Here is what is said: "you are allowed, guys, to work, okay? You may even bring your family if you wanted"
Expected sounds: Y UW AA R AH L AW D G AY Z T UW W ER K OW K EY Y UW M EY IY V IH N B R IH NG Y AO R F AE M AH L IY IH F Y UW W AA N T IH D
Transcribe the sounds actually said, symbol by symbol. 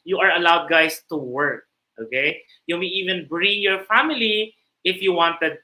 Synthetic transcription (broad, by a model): Y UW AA R AH L AW D G AY S T UW W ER K OW K EY Y UW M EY IY V IH N B R IH NG Y AO R F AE M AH L IY IH F Y UW W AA N T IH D